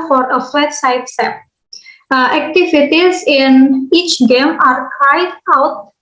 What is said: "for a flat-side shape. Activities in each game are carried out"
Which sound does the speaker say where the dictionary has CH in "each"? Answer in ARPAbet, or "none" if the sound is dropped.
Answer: CH